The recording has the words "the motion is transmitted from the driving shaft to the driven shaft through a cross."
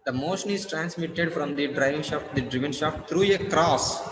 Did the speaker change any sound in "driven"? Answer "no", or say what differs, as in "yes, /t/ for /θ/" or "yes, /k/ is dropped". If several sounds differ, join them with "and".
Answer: no